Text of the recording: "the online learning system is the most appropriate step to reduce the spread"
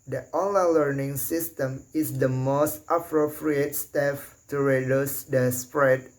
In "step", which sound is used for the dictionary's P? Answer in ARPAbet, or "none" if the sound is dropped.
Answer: F